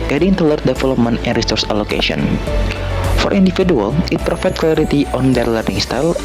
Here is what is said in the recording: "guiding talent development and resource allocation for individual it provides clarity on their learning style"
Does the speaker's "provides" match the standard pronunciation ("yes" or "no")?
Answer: no